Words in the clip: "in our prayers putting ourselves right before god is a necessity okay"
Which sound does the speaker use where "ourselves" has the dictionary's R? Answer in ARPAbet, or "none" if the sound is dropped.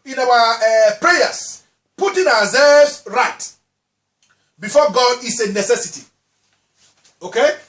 W